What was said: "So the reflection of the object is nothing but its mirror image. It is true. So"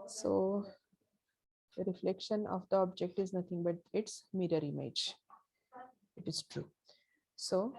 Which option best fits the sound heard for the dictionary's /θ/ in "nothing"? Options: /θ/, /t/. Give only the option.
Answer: /t/